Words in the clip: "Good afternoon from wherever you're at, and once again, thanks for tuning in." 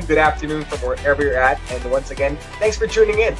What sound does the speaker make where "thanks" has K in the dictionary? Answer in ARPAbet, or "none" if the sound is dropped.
none